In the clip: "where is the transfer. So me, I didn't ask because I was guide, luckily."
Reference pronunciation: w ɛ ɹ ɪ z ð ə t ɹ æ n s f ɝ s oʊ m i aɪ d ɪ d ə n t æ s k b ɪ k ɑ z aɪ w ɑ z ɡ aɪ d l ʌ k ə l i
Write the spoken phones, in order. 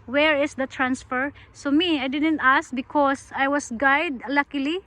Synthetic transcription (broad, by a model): w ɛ ɹ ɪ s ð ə t ɹ æ n s f ɝ s oʊ m i aɪ d ɪ d ə n t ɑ s k b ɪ k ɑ s aɪ w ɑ s ɡ aɪ d l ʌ k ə l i